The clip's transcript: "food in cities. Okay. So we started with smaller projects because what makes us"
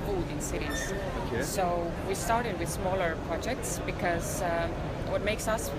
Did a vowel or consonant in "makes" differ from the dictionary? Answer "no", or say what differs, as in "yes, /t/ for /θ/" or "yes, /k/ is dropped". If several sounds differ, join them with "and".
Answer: no